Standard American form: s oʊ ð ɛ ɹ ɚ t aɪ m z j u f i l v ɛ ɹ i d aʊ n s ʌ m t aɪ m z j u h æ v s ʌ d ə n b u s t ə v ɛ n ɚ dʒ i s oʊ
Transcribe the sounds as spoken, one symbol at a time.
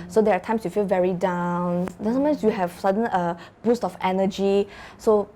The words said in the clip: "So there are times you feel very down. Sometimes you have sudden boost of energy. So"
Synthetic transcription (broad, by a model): s oʊ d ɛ ɹ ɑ t aɪ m s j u f i l v ɛ ɹ i d aʊ n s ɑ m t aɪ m s j u h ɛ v s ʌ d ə n b u s t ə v ɛ n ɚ dʒ i s oʊ